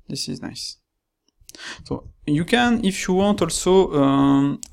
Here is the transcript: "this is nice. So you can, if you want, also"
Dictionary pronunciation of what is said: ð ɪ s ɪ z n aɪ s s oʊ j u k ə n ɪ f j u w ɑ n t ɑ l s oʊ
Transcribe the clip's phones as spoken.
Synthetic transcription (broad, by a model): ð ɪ s ɪ z n aɪ s s oʊ j u k ə n ɪ f j u w ɑ n t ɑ l s oʊ